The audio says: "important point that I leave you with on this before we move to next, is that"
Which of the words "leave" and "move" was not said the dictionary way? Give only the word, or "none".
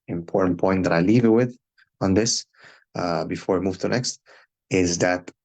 none